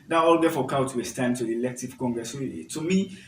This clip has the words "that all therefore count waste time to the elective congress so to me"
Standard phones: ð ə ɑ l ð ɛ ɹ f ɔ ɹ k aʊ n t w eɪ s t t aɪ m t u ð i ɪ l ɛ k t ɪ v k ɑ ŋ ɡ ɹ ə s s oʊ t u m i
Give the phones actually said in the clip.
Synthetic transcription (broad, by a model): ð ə ɑ l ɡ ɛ f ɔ k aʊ t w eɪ s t t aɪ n t u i l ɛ k t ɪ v k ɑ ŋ ɡ ɹ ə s s oʊ t u m i